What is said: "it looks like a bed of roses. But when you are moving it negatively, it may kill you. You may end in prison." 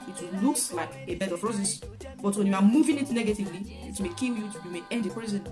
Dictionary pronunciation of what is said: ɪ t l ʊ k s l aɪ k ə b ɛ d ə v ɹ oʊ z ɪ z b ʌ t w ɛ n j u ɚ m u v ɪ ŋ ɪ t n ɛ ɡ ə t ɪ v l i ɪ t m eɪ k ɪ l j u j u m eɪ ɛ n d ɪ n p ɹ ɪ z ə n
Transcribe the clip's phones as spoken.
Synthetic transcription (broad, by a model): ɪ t l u k s l aɪ k ə b ɛ d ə p ɹ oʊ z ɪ s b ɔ t w ɛ n j u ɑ m u v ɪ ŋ ɪ t n ɛ ɡ ə t ɪ v l i ɪ t m eɪ k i l j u j u m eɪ ɛ n d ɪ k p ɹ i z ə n